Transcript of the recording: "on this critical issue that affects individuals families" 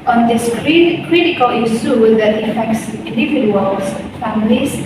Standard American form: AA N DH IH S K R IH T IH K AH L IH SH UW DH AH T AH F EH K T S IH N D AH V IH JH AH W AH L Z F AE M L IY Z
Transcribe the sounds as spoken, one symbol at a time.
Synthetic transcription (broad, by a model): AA N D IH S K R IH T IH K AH L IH S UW DH AH T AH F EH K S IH N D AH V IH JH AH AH L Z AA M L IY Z